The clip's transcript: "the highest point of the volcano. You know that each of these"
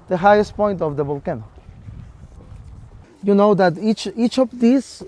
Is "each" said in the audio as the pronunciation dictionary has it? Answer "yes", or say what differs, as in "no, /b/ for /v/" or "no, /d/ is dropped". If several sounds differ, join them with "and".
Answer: yes